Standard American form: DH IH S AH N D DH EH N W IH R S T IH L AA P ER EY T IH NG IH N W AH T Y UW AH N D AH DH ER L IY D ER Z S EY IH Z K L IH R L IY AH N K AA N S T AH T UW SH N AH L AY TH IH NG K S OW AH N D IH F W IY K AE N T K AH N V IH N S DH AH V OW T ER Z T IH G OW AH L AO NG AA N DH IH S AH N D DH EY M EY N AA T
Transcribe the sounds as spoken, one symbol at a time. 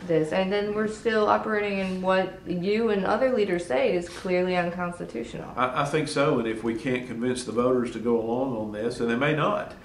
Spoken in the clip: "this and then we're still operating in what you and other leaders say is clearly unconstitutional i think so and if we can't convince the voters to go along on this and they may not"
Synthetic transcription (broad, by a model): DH IH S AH N DH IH N W IH R S T IH L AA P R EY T IH NG IH N W AH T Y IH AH N AH DH ER L IY D ER Z S EY IH Z K L IH R L IY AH N K AA N S T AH T UW SH N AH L AY TH IH NG K S OW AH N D IH F W IY K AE N K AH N V IH N S DH AH V OW T ER Z T IH G OW AH L AO NG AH N DH IH S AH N DH EY M EY N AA T